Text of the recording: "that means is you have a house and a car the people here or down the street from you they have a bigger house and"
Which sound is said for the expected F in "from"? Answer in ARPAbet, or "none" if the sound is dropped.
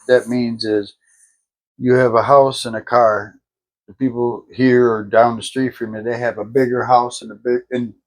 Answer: F